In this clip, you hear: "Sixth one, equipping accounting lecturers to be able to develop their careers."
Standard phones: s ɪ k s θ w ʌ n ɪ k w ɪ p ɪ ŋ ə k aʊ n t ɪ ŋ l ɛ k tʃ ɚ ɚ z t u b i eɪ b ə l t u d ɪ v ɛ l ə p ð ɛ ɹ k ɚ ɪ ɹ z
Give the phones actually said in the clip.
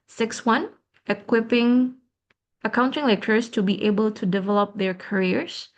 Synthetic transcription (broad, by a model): s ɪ k s w ʌ n ɪ k w ɪ p ɪ ŋ ə k aʊ n t ɪ ŋ l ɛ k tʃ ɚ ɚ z t u b i eɪ b ə l t u d ɪ v ɛ l ə p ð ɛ ɹ k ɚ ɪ ɹ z